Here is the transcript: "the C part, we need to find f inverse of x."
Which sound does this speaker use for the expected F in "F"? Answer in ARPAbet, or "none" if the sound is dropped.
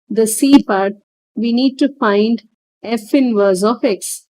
F